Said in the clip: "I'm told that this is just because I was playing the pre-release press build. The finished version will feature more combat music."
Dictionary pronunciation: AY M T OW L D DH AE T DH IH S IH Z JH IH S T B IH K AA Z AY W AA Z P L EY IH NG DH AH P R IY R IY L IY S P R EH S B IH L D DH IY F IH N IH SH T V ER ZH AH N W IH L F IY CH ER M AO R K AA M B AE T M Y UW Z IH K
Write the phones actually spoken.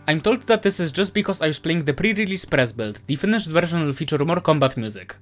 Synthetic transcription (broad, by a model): AY M T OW L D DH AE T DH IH S IH Z JH IH S T B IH K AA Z AY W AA S P L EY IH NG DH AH P R IY R IY L IY S P R EH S B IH L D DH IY F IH N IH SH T V ER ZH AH N W IH L F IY CH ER M AO R K AA M B AE T M Y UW Z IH K